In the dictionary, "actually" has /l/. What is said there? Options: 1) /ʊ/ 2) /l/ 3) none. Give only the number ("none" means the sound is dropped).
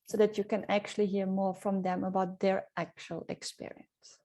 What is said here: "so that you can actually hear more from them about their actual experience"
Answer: 2